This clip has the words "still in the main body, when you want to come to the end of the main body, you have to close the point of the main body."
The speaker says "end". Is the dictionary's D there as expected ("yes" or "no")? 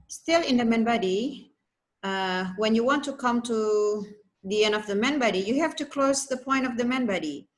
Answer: yes